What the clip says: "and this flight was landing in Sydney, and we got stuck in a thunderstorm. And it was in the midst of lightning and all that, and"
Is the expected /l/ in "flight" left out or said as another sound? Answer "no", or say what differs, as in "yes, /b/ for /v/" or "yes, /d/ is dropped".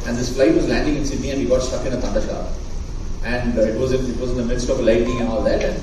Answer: no